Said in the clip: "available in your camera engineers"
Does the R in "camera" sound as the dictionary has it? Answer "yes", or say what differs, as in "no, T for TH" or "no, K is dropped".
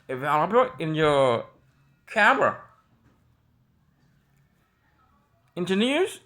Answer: yes